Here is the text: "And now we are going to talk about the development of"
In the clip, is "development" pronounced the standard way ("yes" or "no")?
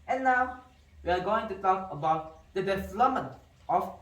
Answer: no